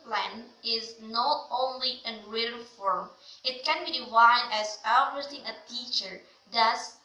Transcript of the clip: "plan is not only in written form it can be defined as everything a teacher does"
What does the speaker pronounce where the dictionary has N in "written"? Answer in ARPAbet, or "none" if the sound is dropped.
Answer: L